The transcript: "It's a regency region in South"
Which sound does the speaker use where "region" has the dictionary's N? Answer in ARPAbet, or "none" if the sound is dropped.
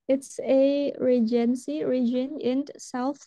N